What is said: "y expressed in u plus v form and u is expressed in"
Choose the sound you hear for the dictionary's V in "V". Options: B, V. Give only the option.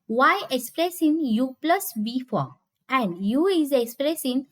B